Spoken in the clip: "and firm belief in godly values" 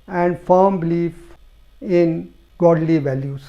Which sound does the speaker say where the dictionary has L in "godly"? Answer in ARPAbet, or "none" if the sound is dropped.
L